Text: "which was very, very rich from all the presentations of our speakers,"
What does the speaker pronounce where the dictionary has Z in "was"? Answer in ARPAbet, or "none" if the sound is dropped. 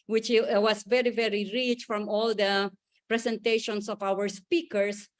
S